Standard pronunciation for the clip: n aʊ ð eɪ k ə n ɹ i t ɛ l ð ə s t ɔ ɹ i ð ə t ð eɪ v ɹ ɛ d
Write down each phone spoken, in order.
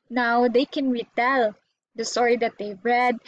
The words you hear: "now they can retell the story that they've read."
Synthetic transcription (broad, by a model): n aʊ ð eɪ k ə n ɹ i t ɛ l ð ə s t ɔ ɹ i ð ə t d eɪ b ɹ ɛ d